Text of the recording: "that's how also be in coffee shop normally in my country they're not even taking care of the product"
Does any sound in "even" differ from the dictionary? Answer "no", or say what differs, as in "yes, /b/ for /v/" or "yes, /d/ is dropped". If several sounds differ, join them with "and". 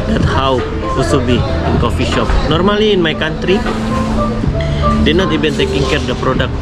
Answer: yes, /b/ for /v/